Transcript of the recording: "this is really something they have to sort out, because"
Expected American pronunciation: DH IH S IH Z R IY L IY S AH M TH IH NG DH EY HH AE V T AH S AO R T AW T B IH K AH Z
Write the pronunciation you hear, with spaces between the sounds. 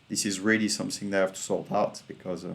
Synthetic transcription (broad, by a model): DH IH S IH Z R IY L IY S AH M TH IH NG DH EY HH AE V T AH S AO L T AW T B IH K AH Z